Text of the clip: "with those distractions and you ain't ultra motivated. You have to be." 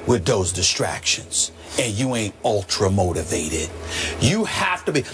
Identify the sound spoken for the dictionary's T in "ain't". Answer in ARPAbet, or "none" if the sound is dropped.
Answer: T